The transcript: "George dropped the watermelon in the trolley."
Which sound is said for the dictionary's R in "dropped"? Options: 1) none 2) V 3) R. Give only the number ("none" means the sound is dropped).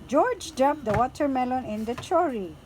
1